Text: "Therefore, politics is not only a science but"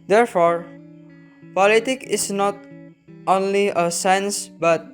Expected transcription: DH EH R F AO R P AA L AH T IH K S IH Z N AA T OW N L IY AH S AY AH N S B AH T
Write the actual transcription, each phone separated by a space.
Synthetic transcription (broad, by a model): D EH R F AO R P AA L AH T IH K IH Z N AA T OW N L IY AH S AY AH N S B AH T